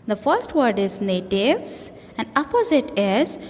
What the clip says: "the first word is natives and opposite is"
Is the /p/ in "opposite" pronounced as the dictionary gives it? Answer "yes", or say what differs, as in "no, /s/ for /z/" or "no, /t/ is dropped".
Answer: yes